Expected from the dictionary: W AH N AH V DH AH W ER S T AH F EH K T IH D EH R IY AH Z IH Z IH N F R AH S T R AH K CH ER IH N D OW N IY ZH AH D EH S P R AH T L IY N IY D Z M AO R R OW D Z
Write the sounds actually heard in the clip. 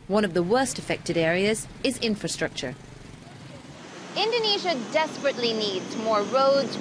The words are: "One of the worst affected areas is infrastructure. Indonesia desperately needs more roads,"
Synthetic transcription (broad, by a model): W AH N AH V DH AH W ER S T AH F EH K T IH D EH R IY AH Z IH Z IH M F R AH S T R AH K CH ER IH N D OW N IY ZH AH D EH S P R AH T L IY N IY D Z M AO R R OW D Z